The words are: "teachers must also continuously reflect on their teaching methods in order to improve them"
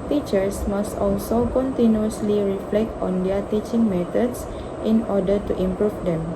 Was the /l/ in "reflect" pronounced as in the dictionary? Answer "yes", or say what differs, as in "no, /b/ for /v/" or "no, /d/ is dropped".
yes